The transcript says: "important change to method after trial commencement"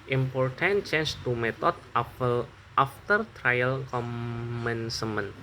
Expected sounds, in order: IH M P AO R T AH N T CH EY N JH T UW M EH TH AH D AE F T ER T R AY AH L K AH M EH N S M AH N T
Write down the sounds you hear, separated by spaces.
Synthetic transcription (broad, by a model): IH M P AO R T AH N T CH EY N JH T UW M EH T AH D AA F T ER T R AY AH L K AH M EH N S M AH N